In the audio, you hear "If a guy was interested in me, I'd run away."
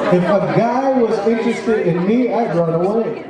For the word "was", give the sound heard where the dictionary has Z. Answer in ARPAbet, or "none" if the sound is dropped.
Z